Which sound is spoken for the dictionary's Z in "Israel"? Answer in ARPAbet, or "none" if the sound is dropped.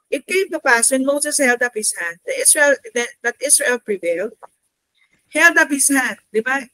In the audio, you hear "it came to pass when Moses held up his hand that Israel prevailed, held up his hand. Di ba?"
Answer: S